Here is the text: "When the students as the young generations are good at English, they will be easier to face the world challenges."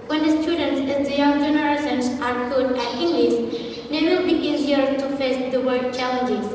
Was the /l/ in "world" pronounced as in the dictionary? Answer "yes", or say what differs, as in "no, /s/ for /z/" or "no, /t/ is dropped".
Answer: no, /l/ is dropped